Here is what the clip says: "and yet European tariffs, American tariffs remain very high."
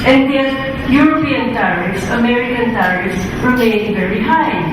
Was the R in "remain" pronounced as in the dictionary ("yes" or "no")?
no